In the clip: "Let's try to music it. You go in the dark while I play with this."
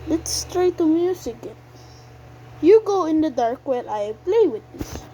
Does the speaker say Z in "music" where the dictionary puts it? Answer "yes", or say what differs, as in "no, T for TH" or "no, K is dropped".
no, S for Z